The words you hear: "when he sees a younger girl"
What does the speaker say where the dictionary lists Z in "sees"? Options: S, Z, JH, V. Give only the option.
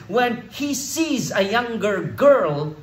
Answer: Z